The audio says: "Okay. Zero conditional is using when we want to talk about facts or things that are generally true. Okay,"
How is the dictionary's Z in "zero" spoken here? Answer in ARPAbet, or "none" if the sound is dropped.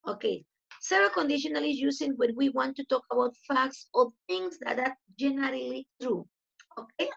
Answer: S